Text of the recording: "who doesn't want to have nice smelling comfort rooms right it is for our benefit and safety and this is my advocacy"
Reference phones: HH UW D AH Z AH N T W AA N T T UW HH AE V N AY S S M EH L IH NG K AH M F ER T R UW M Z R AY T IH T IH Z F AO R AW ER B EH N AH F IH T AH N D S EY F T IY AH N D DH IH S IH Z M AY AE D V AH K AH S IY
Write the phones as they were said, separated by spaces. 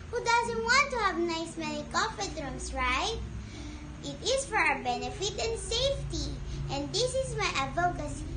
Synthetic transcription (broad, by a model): HH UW D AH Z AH N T W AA N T T UW HH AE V N AY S S M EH N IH K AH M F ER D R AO M S R AY T IH T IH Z F AO R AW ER B EH N AH F IH T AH N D S EY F T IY AH N D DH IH S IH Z M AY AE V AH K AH S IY